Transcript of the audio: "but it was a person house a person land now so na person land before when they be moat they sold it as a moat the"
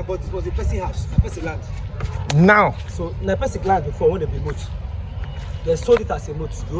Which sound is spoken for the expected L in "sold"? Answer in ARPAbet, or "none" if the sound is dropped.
none